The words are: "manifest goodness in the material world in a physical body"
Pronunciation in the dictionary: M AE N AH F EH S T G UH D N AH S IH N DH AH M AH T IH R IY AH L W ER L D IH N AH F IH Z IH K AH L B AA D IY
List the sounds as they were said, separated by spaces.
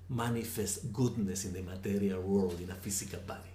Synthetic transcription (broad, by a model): M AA N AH F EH S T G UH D N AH S IH N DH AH M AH T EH R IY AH L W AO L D IH N AH F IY S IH K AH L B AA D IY